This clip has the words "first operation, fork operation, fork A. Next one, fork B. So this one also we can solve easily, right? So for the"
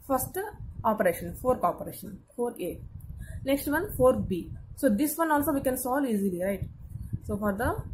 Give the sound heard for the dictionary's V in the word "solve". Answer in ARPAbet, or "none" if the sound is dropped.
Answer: none